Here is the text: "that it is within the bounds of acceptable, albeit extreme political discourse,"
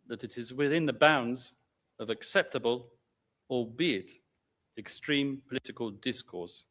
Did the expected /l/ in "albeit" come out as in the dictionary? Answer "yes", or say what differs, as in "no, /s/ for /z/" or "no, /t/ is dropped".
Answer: no, /l/ is dropped